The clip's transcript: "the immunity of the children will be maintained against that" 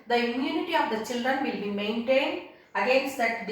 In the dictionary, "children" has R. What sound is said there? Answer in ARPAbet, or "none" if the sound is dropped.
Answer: R